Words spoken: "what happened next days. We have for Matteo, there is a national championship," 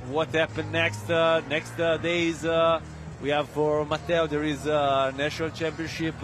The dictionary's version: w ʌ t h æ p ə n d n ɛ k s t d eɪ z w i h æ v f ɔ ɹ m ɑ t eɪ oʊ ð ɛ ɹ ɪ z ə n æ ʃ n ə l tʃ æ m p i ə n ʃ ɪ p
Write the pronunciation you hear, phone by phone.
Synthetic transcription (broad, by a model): w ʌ t h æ p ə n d n ɛ k s t d eɪ z w i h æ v f ɔ ɹ m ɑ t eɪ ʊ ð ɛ ɹ ɪ z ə n æ ʃ n ə l tʃ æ m p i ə n ʃ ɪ p